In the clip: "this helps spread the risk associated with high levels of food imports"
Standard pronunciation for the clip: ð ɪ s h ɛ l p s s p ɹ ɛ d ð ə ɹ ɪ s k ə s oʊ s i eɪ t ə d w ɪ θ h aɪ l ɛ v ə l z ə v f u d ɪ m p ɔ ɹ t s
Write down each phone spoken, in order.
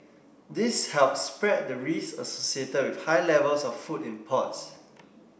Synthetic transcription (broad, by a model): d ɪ s h ɛ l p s s p ɹ ɛ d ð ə ɹ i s ə s oʊ s i eɪ t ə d w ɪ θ h aɪ l ɛ v ə l s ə f f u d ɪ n p ɔ t s